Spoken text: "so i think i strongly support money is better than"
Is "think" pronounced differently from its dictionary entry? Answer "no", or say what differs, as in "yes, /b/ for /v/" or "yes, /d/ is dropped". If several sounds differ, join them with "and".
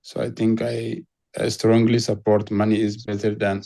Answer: yes, /t/ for /θ/